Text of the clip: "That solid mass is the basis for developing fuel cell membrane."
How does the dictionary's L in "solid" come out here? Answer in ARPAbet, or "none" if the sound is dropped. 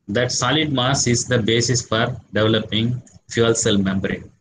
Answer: L